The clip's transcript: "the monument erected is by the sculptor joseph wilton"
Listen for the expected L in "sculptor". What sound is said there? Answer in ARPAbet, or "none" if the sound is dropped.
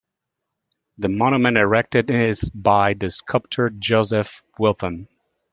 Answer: none